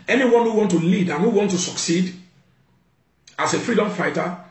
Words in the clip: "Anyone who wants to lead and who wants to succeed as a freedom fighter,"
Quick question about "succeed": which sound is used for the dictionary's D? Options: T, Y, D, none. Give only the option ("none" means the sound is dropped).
D